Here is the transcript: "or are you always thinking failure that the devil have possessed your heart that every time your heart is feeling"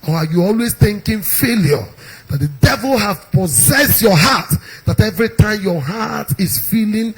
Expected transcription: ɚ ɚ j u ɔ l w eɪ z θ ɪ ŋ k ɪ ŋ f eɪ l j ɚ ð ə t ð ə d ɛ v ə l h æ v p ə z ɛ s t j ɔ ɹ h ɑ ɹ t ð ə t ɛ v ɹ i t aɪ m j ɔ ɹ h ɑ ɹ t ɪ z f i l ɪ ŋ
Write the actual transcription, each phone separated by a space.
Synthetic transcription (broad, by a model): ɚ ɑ j u ɔ l w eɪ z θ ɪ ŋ k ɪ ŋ f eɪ l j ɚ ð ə t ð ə d ɛ v ə l h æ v p ə z ɛ s t j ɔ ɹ h ɑ t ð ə t ɛ v ɹ i t aɪ m j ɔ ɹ h ɑ t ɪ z f i l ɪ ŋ